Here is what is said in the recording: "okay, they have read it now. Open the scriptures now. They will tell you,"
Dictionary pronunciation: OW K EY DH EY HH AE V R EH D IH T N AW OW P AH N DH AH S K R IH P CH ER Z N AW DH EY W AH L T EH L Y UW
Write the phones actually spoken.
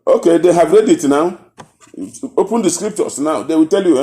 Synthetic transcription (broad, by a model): OW K EY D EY HH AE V R EH D IH T N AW OW P AH N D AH S K R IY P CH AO S N AW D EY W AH T EH L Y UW